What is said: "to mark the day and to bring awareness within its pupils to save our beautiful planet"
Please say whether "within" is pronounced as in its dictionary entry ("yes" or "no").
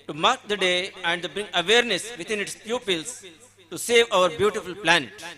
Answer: no